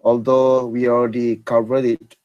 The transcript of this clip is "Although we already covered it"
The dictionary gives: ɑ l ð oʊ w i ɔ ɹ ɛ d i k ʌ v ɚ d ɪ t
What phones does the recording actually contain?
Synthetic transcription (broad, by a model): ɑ l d oʊ w i ɔ l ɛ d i k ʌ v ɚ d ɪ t